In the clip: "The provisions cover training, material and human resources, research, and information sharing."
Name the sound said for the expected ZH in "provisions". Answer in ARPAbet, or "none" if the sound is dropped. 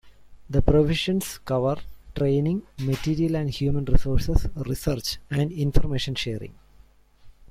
SH